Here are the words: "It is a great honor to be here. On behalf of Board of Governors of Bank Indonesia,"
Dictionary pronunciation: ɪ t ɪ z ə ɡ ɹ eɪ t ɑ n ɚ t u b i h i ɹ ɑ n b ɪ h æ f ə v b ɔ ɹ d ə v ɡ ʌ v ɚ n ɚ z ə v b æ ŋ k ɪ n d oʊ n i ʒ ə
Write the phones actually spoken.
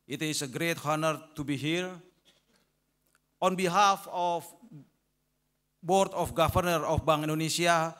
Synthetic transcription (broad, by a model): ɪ t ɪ s ə ɡ ɹ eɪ t ɑ n ɚ t u b i h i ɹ ɑ n b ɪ h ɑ f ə f b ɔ ɹ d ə f ɡ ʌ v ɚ n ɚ ə f b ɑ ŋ ɪ n d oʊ n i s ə